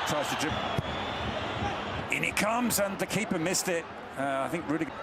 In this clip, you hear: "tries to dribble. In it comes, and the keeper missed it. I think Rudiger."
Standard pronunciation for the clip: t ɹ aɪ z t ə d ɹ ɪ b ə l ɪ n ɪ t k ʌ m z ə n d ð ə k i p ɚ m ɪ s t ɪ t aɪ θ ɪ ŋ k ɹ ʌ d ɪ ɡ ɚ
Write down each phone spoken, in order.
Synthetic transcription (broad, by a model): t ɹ aɪ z t ə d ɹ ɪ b ɪ n ɪ t k ʌ m z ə n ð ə k i p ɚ m ɪ s t ɪ t aɪ θ ɪ ŋ k ɹ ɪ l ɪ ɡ